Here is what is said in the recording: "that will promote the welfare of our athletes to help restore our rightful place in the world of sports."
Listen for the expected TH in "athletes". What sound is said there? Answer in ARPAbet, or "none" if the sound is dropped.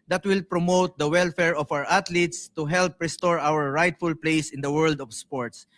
T